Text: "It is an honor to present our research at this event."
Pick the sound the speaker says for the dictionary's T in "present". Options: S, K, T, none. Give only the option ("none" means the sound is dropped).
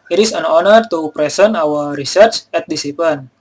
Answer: none